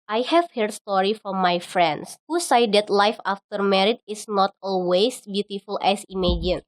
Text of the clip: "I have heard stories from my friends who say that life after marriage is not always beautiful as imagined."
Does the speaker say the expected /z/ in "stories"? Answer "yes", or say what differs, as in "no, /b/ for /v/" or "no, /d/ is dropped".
no, /z/ is dropped